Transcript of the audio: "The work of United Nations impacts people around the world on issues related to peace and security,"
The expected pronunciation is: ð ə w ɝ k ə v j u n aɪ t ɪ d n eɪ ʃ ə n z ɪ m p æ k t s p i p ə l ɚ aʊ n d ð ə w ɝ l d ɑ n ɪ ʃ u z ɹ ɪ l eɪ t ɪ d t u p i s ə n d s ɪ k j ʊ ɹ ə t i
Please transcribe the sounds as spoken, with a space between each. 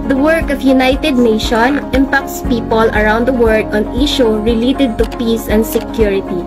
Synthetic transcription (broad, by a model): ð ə w ɝ k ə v j u n aɪ t ɪ d n eɪ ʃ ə n ɪ m p æ k t s p i p ə l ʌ aʊ n d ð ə w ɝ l d ɑ n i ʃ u ɹ ɪ l eɪ t ɪ d t u p i s ə n d s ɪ k j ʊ ɹ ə t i